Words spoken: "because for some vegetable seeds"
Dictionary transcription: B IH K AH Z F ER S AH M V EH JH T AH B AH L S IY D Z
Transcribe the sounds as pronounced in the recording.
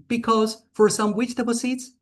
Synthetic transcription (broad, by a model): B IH K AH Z F ER S AH M W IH CH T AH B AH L S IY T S